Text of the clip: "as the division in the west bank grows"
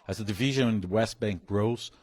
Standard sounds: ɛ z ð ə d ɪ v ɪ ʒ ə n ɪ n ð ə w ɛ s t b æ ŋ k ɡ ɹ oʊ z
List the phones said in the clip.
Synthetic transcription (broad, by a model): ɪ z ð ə d ɪ v ɪ ʒ ə n ɪ n ð ə w ɛ s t b æ ŋ k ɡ ɹ oʊ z